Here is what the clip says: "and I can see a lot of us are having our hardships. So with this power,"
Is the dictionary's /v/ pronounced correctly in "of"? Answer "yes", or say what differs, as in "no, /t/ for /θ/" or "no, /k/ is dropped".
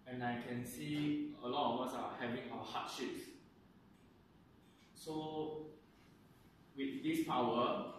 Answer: no, /w/ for /v/